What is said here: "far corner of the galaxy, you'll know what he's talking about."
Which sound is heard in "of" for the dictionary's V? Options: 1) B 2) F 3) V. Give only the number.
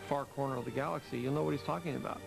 3